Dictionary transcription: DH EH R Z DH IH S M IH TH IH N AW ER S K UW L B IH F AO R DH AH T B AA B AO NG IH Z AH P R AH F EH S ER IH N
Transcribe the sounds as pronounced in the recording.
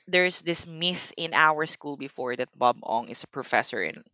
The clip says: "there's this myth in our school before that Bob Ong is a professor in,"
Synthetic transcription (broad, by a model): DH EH R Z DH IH S M IH TH IH N AW ER S K UW L B IH F AO R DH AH T B AA B AO NG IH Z AH P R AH F EH S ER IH N